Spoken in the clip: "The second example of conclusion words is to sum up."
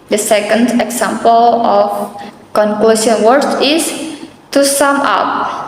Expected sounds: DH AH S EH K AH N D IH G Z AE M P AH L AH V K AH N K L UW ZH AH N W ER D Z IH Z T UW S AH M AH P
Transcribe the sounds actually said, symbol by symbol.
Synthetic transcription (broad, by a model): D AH S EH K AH N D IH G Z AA M P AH L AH F K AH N K L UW S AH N W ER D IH S T UW S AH M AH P